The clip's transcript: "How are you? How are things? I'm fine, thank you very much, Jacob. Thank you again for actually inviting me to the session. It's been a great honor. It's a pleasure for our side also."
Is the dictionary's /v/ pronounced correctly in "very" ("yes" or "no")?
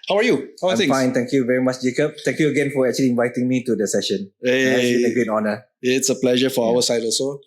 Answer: yes